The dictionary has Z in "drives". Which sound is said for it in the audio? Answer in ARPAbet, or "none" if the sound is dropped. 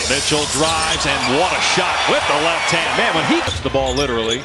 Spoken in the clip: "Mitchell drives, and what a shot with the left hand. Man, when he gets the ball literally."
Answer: Z